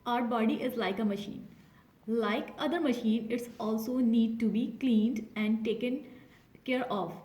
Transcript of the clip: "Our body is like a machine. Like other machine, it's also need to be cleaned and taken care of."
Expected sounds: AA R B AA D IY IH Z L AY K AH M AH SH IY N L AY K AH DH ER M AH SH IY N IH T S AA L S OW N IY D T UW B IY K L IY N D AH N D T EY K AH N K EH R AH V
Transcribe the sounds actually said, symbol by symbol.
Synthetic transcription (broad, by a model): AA R B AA D IY IH Z L AY K AH M AH SH IY N L AY K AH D ER M AH SH IY N IH T S AA L S OW N IY D T UW B IY K L IY N D AH N D T EY K AH N K EH R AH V